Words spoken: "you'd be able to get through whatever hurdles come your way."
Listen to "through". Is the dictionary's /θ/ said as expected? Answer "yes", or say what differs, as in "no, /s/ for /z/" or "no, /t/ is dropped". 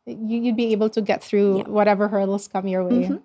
yes